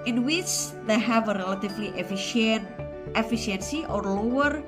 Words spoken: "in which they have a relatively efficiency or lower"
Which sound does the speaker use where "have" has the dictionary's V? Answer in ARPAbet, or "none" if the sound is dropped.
V